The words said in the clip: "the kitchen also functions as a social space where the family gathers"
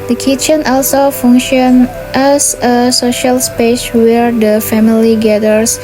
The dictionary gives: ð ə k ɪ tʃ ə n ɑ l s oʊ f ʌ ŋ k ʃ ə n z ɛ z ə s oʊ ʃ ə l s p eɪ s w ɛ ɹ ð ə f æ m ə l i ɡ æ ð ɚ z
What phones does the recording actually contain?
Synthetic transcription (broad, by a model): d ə k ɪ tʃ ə n ɑ l s oʊ f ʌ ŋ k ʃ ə n ɛ s ə s oʊ ʃ ə l s p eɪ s w ɛ ɹ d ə f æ m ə l i ɡ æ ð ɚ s